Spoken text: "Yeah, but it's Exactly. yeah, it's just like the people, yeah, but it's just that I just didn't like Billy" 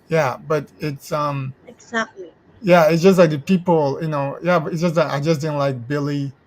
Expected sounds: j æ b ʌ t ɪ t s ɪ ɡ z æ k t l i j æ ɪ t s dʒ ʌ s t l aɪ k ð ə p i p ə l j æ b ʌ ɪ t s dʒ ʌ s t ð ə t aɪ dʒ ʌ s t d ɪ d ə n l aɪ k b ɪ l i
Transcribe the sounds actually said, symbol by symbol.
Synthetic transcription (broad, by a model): j æ b ʌ t ɪ t s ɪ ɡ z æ k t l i j æ ɪ t s dʒ ʌ s t l aɪ k ð ə p i p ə n j æ b ʌ ɪ t s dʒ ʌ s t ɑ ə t aɪ dʒ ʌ s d ɪ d n l aɪ k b ɪ l i